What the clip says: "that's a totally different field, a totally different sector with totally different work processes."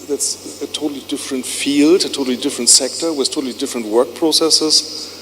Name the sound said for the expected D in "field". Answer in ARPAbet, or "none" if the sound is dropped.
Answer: D